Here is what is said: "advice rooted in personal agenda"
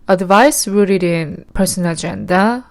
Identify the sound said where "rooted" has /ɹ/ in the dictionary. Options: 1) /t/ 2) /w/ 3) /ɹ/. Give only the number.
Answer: 2